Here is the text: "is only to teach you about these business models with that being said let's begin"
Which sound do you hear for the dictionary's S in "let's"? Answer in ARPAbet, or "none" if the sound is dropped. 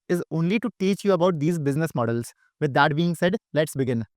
S